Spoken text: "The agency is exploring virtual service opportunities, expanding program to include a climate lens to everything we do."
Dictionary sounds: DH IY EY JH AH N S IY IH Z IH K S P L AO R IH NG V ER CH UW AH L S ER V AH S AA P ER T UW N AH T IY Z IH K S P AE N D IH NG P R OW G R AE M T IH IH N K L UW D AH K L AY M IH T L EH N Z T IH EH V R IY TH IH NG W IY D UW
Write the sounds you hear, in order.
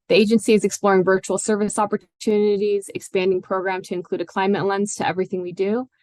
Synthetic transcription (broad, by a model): DH IY EY JH AH N S IY IH Z IH K S P L AO R IH NG V ER CH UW L S ER V AH S AA P ER T UW N AH T IY Z IH K S P AE N D IH NG P R OW G R AE M T IH IH N K L UW D AH K L AY M IH T L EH N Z T IH EH V R IY TH IH NG W IY D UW